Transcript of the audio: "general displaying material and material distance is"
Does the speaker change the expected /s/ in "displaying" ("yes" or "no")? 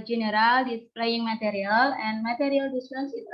yes